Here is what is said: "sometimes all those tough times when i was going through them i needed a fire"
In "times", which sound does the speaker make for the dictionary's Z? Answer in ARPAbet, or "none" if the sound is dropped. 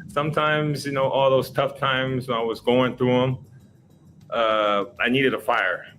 Z